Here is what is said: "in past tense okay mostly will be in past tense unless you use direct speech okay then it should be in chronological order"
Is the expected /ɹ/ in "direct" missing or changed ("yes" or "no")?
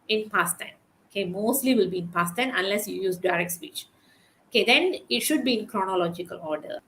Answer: no